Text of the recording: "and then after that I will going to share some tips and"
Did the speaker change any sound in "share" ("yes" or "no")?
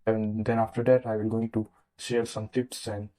yes